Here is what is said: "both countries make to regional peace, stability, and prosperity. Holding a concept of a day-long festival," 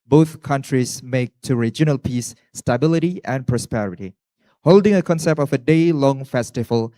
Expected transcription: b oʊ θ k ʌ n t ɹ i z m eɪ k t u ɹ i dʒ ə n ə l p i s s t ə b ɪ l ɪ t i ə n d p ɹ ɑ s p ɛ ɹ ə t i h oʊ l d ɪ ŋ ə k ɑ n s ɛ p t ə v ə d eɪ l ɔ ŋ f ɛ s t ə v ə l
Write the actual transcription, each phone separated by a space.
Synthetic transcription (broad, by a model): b oʊ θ k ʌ n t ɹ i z m eɪ k t u ɹ i dʒ ə n ə l p i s s t ə b ɪ l ɪ t i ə n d p ɹ ɑ s p ɛ ɹ ə t i h oʊ l d ɪ ŋ ə k ɑ n s ɛ p t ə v ə d eɪ l ɔ ŋ f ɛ s t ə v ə l